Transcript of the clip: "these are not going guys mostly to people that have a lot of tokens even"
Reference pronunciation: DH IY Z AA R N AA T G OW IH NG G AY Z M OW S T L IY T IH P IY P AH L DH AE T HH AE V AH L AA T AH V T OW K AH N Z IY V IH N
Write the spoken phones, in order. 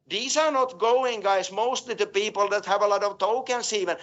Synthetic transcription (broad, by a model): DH IY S AA R N AA T G OW IH NG G AY S M OW S T L IY T IH P IY P AH L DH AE T HH AE V AH L AA T AH V T OW K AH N S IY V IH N